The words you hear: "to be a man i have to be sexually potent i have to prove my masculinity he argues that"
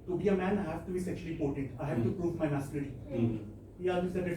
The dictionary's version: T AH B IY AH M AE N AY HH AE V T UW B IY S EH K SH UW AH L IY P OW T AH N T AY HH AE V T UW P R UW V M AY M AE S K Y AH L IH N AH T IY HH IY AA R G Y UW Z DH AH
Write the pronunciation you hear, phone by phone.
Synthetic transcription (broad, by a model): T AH B IY AH M AE N HH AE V T UW B IY S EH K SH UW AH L IY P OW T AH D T AY HH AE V T UW P R UW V M AY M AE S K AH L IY AH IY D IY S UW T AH